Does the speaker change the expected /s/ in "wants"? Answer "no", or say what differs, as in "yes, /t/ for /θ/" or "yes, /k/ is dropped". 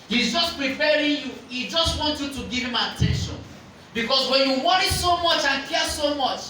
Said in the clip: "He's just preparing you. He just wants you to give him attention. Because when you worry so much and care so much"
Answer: yes, /s/ is dropped